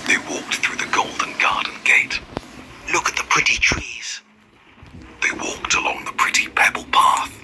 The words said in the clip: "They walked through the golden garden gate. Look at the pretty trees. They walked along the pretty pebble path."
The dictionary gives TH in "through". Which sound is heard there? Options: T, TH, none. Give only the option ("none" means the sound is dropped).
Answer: TH